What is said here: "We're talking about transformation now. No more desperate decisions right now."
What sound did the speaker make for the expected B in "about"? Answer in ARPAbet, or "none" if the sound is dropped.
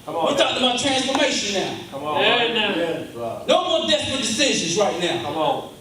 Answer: none